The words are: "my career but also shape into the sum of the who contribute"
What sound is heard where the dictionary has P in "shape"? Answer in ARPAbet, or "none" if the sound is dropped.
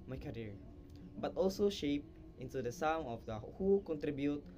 P